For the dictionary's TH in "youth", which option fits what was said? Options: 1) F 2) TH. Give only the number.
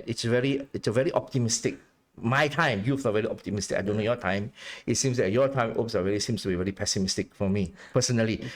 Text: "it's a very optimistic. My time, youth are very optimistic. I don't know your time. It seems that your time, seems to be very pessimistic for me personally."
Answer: 1